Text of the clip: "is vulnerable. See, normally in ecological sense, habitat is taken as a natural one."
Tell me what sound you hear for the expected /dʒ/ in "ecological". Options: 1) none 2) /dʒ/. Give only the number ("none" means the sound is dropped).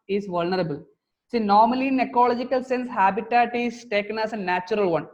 2